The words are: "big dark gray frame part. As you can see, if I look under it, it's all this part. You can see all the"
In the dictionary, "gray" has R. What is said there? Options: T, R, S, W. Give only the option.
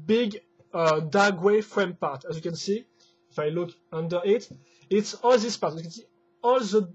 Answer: W